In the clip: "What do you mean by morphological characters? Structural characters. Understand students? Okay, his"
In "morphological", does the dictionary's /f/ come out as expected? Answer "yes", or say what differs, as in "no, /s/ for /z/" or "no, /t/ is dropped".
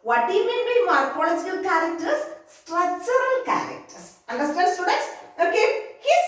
no, /p/ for /f/